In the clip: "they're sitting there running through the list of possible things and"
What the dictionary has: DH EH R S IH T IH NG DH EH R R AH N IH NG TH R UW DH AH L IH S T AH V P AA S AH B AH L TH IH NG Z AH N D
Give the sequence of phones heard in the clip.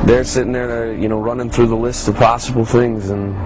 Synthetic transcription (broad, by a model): DH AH R S IH T IH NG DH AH R R AH N IH NG TH R UW DH AH L IH S T AH V P AA S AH B L TH IH NG Z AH N